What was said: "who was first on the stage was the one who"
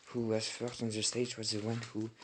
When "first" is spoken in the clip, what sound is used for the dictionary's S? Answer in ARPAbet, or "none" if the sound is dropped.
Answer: none